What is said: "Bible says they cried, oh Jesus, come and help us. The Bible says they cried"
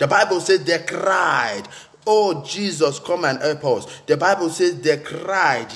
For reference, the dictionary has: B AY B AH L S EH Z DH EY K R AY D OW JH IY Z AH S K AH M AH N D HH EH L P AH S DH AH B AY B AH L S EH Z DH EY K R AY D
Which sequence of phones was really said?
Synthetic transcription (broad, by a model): B AY B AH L S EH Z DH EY K R AY D OW JH IY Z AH S K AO M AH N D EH P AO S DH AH B AY B AH L S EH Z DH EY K R AY D